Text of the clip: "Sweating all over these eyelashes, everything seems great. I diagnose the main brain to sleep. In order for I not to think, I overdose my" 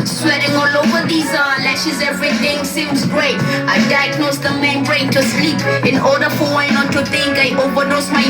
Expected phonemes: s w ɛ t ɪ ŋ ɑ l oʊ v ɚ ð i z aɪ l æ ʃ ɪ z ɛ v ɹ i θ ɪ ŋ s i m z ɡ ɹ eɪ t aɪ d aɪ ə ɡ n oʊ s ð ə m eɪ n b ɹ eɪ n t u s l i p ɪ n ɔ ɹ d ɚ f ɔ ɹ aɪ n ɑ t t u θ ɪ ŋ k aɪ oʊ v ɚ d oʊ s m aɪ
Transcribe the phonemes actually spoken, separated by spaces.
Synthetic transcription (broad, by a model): s w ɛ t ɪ ŋ ɑ l oʊ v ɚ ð i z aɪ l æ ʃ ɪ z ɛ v ɹ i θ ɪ ŋ s i m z ɡ ɹ eɪ t aɪ d aɪ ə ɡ n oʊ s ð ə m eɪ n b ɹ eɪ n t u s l i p ɪ n ɔ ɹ d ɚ f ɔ w aɪ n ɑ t t u t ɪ ŋ k aɪ oʊ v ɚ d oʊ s m aɪ